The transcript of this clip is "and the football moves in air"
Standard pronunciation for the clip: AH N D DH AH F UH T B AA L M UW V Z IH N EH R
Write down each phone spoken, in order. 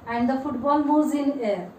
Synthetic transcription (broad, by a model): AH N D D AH F UH T B AA L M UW Z IH N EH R